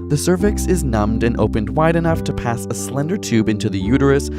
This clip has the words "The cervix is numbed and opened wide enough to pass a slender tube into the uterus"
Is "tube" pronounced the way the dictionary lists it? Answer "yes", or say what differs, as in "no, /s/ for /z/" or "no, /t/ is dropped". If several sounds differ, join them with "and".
yes